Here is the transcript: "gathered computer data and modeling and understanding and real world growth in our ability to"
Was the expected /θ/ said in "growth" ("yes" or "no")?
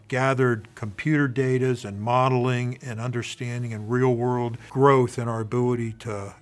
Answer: yes